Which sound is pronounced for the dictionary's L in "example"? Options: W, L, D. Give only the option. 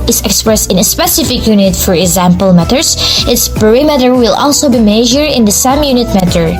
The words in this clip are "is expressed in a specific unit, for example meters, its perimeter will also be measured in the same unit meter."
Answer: L